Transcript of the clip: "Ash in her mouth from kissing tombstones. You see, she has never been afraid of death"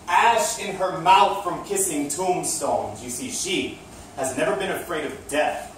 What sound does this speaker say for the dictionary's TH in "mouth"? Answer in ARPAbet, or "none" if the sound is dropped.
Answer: TH